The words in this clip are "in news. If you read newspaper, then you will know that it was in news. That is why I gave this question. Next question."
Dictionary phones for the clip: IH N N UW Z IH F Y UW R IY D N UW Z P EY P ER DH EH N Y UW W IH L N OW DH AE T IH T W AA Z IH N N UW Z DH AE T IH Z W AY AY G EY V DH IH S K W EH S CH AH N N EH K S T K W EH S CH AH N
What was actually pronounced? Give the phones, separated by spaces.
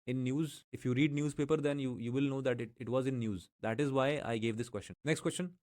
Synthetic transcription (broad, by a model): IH N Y UW Z IH F Y UW R IY D N UW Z P EY P ER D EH N Y UW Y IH L N OW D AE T IH T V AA Z IH N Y UW Z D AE T IH Z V AY AY G EY V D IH S K W EH S CH AH N N EH K S T K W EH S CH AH N